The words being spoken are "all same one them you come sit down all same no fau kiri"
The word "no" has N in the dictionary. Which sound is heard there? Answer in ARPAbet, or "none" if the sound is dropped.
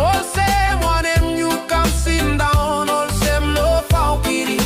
L